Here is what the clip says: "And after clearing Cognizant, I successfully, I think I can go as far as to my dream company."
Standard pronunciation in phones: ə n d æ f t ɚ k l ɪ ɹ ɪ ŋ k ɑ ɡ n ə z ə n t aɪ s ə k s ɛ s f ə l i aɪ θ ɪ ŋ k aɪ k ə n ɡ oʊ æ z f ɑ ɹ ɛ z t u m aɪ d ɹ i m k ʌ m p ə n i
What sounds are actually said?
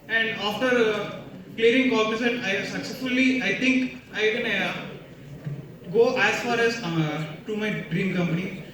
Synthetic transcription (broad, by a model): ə n d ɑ f t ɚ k l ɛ ɹ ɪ ŋ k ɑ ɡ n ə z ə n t aɪ s ə k s ɛ s f ə l i aɪ t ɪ ŋ k aɪ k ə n ɡ oʊ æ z f ɑ ɹ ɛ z t u m aɪ d ɹ i m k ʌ m p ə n i